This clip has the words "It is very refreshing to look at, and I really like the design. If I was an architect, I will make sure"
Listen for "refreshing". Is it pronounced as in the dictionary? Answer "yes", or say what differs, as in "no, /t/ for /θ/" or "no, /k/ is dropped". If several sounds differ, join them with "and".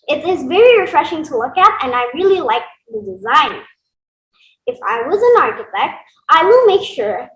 yes